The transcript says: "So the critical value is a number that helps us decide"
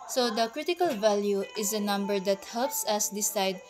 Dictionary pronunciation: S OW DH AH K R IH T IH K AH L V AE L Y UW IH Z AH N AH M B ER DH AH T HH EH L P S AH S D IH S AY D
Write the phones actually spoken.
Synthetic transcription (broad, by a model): S OW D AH K R IH T IH K AH L V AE L Y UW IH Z AH N AH M B ER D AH T HH EH L P S AH S D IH S AY D